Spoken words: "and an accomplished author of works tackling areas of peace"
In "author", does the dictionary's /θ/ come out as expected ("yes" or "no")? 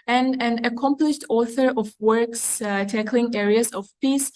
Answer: yes